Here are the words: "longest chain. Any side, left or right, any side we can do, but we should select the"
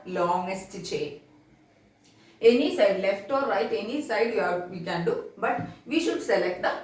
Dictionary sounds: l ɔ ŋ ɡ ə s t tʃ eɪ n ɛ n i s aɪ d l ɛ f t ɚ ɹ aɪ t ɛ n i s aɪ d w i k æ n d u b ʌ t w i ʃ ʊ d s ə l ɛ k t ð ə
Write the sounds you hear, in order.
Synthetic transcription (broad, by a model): l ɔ ŋ ɡ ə s t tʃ eɪ ɛ n i s aɪ d l ɛ f t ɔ ɹ aɪ t ɛ n i s aɪ d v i k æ n d u b ʌ t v i ʃ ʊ d s ə l ɛ k t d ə